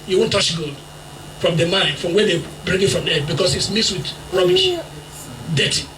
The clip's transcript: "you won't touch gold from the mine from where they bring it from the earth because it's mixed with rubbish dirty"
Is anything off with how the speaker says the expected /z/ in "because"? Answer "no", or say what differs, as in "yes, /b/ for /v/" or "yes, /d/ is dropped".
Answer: yes, /s/ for /z/